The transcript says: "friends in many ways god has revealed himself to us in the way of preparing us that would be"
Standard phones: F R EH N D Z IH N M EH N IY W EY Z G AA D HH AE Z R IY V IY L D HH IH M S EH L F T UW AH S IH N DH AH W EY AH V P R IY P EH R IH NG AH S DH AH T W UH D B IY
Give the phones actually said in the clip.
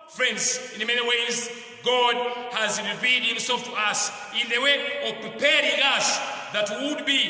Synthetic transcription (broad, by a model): F R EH N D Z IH N M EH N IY W EY Z G AA D HH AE Z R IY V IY D HH IH M S EH L F T UW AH S IH N DH AH W EY AH V P R IY P EH R IH NG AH S DH AH T W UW D B IY